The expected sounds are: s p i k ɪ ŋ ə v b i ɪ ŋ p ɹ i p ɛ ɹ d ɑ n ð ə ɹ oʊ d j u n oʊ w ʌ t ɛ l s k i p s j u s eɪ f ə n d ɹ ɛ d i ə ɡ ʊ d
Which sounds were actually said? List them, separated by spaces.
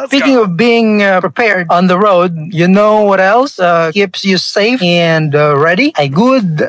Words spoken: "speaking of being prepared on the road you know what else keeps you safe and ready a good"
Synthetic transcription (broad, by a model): s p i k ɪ ŋ ə v b i ɪ ŋ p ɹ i p ɛ ɹ d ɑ n ð ə ɹ oʊ d j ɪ n oʊ w ʌ t ɛ l s k i p s j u s eɪ f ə n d ɹ ɛ d i ə ɡ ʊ d